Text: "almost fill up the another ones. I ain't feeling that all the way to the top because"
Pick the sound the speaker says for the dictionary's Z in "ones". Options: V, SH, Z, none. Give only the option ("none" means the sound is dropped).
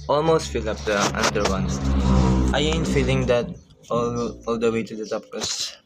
none